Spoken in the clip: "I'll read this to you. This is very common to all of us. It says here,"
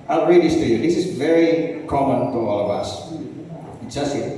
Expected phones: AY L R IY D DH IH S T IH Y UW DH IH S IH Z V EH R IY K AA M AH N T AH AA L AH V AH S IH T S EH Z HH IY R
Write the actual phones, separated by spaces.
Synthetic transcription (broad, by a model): AY L R IY D DH IH S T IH Y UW DH IH S IH Z V EH R IY K AA M AH N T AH AA L AH V AH S IH T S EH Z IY